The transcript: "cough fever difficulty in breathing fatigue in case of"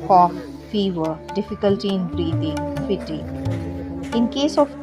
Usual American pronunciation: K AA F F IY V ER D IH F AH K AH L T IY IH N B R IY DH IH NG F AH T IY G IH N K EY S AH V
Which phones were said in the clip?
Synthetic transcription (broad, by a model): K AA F F IY V ER D IH F AH K AH L T IY IH N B R IY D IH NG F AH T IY IH N K EY S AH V